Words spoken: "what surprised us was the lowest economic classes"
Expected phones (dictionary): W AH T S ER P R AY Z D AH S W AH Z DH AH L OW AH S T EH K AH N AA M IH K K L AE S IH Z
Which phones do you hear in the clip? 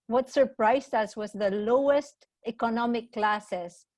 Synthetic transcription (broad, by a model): W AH T S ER P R AY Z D AH S W AH Z DH AH L OW AH S T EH K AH N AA M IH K K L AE S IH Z